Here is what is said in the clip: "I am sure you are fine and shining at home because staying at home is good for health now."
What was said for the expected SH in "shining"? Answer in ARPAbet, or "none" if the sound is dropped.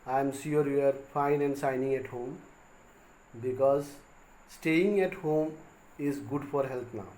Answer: S